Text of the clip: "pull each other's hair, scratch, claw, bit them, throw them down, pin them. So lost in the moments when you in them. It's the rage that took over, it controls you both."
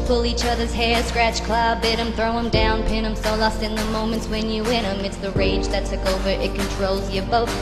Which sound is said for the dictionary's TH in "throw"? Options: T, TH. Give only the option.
TH